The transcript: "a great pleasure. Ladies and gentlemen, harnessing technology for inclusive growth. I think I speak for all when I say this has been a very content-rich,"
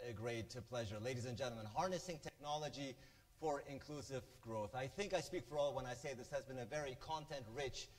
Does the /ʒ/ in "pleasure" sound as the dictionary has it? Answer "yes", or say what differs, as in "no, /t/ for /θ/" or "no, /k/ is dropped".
yes